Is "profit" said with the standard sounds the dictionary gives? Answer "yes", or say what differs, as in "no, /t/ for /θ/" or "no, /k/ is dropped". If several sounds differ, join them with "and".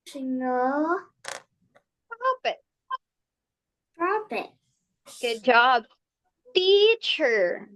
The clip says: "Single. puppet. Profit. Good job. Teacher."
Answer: no, /p/ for /f/